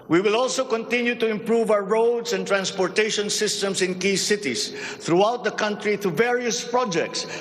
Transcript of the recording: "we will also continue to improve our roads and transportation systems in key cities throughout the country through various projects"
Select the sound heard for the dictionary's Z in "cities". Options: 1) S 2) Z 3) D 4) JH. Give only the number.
1